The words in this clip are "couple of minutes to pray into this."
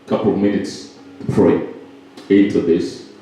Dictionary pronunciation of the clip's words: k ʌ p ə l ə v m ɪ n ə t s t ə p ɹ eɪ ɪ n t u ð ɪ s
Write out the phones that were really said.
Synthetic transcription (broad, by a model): k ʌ p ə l ə v m ɪ n ə t s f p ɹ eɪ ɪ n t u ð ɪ s